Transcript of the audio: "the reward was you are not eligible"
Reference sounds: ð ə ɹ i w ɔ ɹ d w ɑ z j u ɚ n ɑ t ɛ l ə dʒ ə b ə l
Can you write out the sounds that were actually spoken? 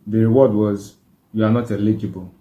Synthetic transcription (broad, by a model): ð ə ɹ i w ɔ d w ɑ z j u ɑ n ɑ t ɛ l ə dʒ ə b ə l